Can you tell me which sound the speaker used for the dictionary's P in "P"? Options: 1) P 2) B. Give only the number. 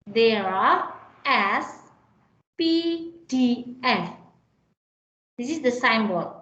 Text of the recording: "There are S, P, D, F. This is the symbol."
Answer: 1